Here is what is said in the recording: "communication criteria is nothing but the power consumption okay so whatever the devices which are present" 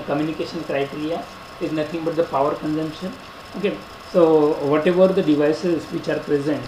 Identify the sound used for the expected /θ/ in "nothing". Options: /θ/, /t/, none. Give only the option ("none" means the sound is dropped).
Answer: /t/